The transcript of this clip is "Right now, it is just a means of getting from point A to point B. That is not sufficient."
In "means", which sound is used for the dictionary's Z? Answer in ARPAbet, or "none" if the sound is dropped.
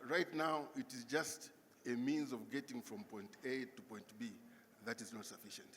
Z